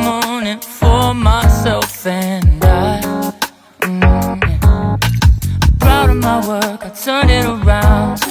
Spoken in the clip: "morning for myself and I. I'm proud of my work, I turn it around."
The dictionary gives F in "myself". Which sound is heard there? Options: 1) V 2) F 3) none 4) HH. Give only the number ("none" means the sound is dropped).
2